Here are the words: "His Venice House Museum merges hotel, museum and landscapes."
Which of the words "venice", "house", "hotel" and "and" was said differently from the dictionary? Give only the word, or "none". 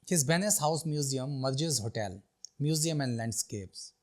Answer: venice